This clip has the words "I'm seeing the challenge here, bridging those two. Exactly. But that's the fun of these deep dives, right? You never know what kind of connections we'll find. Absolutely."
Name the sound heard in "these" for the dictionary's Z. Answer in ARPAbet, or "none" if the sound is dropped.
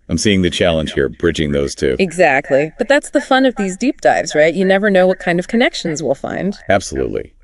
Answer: Z